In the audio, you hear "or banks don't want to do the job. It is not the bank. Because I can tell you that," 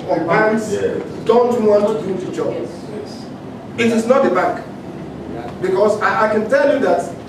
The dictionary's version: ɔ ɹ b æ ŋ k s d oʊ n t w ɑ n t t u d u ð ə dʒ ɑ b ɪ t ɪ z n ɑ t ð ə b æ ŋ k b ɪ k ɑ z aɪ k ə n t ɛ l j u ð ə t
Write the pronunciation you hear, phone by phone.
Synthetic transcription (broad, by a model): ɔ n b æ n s d oʊ n t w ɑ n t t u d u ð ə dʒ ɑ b ɪ t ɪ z n ɑ t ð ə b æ k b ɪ k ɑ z aɪ k ə n t ɛ l j u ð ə t